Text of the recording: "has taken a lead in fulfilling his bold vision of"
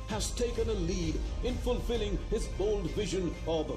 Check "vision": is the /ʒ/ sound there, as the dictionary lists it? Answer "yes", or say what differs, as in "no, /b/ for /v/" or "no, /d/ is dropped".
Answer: yes